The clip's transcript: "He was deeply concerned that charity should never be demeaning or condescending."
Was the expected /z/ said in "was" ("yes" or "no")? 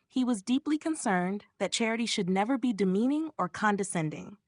yes